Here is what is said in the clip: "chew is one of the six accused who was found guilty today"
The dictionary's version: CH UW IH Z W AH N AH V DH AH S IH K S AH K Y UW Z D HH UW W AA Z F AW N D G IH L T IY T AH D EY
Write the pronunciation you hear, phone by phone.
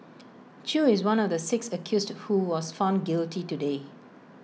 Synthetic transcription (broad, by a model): CH UW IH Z W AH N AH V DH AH S IH K S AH K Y UW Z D HH UW W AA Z F AW N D G IH L T IY T AH D EY